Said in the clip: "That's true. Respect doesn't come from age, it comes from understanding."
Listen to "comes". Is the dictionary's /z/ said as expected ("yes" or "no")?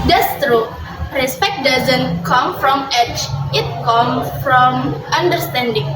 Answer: no